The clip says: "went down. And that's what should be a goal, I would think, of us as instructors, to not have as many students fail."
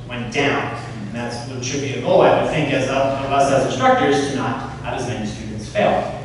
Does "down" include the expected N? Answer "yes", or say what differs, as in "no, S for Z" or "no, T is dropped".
no, N is dropped